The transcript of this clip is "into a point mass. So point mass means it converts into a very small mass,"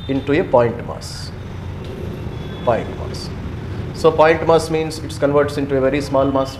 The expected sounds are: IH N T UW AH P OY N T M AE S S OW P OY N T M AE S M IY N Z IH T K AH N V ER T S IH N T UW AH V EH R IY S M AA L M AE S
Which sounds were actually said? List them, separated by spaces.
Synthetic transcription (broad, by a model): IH N T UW AH P OY N T M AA S S OW P OY N T M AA S M IY N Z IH T K AH N V ER T S IH N T UW AH V EH R IY S M AA L M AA S